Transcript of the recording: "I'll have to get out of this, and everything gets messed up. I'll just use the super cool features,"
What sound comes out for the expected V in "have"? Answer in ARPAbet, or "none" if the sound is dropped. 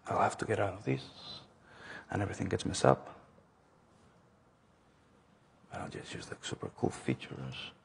F